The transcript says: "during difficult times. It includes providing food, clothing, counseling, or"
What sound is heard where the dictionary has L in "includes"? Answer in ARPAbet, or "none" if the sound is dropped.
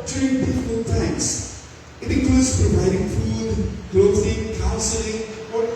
none